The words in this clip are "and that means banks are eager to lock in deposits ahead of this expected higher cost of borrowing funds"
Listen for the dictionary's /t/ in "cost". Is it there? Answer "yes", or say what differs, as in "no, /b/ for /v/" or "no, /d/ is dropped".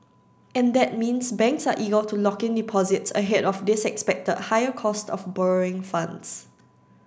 yes